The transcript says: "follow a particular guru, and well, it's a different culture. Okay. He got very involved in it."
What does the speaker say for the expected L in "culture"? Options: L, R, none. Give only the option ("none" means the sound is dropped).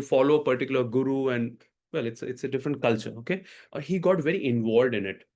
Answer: L